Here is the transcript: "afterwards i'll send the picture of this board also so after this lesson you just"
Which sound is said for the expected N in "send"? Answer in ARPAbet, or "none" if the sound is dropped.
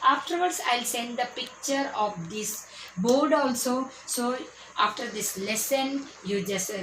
N